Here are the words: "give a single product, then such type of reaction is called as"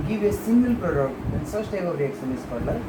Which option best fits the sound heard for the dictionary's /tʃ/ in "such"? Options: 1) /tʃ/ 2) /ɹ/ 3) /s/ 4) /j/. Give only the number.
3